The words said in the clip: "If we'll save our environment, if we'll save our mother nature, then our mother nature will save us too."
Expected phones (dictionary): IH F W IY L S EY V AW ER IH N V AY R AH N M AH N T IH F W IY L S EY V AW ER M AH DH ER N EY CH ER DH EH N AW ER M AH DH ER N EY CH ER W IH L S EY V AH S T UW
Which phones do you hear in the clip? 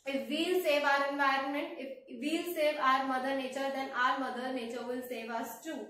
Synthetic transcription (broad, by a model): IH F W IY L S EY V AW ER IH N V AY R AH N M AH N T IH F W IY L S EY V AW ER M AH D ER N EY CH ER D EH N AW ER M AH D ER N EY CH ER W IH L S EY V AH S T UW